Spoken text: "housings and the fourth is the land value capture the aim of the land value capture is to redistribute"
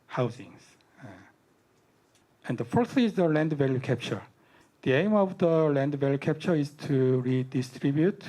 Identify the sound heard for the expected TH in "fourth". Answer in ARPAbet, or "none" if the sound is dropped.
S